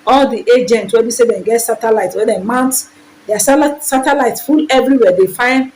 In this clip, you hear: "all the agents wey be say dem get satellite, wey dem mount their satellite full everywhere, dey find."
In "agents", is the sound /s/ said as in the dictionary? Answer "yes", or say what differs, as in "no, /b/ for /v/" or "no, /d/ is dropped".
no, /s/ is dropped